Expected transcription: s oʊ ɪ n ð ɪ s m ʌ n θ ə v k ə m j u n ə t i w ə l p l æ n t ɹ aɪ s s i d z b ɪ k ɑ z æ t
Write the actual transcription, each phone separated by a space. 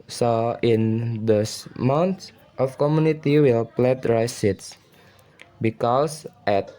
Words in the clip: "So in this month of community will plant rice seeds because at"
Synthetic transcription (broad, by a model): s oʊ ɪ n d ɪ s m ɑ n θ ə f k ə m j u n ə t i w ə l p l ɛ t ɹ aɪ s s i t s b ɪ k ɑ s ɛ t